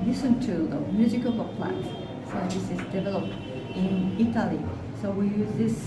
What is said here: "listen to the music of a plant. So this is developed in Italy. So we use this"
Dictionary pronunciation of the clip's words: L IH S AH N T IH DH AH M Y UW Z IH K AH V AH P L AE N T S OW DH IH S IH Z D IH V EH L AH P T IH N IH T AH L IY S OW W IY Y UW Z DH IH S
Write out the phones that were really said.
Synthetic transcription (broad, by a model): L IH S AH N T IH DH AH M Y UW Z IH K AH P AH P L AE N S S OW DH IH S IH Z D IH V EH L AH P T IH N IH T AH L IY S OW W IY Y UW Z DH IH S